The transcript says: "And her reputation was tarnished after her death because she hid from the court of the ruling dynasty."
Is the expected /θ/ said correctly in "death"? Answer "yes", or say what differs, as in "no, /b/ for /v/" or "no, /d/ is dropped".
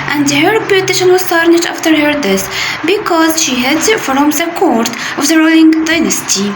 no, /s/ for /θ/